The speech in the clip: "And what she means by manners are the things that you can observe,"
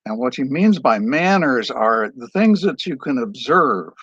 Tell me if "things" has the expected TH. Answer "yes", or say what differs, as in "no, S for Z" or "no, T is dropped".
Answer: yes